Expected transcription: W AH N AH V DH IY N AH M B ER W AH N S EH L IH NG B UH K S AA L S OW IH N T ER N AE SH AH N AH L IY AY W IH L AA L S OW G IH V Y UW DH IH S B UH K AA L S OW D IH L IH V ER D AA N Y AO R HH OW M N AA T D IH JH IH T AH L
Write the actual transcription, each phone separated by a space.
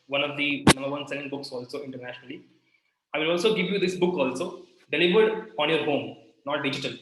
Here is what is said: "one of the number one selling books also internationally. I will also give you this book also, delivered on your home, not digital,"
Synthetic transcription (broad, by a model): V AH N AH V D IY N AH M B ER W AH N S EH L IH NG B UH K S AA L S OW IH N T ER N AE SH AH N AH L IY AY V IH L AA L S OW G IH V Y UW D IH S B UH K AA L S OW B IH L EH B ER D AA N Y AO R HH OW M N AA T D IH JH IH T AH L